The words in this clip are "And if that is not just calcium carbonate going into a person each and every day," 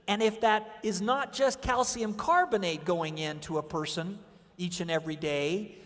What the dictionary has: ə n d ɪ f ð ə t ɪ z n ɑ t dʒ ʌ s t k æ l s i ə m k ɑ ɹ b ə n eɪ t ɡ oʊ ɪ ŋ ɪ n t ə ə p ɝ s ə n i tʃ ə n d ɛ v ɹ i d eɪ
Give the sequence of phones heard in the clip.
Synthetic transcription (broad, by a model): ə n ɪ f ð ə t ɪ z n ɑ t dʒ ʌ s k æ l s i ə m k ɑ ɹ b ə n eɪ t ɡ oʊ ɪ ŋ ɪ n t ə ə p ɝ s ə n i tʃ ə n ɛ v ɹ i d eɪ